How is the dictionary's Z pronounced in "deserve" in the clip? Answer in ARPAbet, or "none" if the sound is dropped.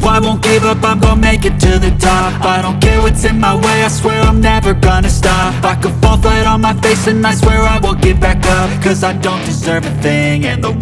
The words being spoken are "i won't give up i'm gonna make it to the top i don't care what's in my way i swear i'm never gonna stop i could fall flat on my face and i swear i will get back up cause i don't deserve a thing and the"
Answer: Z